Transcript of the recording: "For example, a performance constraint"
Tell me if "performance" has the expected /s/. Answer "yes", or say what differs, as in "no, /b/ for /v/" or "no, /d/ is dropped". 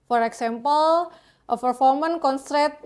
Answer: no, /s/ is dropped